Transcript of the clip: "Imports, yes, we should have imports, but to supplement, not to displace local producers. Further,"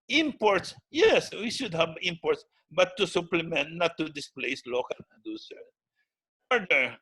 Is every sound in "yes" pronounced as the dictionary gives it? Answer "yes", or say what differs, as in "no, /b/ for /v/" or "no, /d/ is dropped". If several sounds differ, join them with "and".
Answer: yes